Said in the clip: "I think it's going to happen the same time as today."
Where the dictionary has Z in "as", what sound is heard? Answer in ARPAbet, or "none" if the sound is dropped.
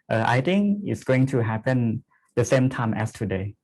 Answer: S